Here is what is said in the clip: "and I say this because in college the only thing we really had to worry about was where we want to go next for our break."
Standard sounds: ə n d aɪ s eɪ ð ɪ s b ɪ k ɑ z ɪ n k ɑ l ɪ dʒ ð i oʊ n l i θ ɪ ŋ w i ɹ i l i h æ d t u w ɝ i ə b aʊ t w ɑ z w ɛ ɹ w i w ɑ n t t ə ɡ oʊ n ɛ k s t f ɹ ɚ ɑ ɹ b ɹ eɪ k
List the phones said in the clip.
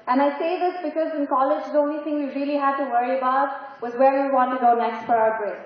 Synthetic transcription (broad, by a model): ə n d aɪ s eɪ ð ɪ s b ɪ k ɑ z ɪ n k ɑ l ɪ dʒ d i oʊ n l i t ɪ ŋ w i ɹ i l i h æ d t u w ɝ i ə b aʊ t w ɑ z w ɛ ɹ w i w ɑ n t t ə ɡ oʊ n ɛ k s t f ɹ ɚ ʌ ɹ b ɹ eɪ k